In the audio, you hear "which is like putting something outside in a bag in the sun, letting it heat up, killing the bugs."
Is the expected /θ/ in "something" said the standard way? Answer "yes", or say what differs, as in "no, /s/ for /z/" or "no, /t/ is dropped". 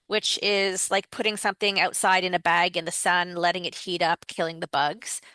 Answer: yes